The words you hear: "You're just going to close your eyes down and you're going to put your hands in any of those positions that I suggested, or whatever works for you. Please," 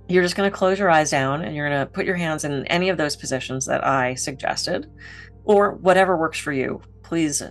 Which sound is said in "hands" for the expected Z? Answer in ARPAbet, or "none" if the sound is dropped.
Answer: Z